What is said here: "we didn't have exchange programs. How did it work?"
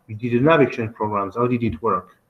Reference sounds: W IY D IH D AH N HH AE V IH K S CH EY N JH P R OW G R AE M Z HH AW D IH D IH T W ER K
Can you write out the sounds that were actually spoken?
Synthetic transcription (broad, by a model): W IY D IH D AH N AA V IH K CH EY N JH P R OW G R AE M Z HH AW D IH D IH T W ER K